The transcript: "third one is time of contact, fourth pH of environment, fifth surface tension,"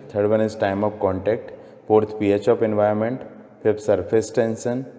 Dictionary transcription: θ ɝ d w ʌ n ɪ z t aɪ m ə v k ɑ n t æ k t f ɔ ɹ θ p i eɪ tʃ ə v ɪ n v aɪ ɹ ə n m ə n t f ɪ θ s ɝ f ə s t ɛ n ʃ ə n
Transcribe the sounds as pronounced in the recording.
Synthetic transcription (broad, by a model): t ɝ d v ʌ n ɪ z t aɪ m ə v k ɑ n t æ k t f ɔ ɹ t p i eɪ tʃ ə p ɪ n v aɪ ə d m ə n t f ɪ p s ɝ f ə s t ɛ n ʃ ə n